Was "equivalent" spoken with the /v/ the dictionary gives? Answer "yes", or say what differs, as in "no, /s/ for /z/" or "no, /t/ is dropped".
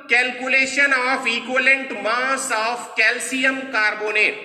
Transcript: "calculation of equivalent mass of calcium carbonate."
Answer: no, /v/ is dropped